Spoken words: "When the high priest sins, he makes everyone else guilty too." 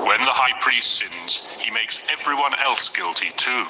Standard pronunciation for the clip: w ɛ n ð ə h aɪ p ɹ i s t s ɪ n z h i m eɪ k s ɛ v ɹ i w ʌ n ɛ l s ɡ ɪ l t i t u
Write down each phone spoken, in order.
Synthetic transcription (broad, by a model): w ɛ n ð ə h aɪ p ɹ i s t s ɪ n z h i m eɪ k s ɛ v ɹ i w ʌ n ɛ l s ɡ ɪ l t i t u